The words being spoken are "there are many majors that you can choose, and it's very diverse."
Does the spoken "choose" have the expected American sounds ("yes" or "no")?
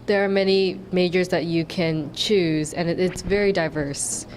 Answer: yes